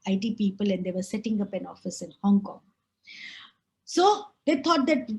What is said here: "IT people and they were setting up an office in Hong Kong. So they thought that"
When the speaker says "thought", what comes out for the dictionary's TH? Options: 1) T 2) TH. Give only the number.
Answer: 1